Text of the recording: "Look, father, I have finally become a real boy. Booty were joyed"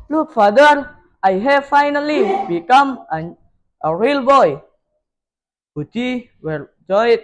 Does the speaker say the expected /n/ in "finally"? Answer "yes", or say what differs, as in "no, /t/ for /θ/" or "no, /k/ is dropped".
yes